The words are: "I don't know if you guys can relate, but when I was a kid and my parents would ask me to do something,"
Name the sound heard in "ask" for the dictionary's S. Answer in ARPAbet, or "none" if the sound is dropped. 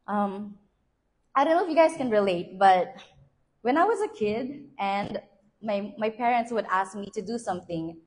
S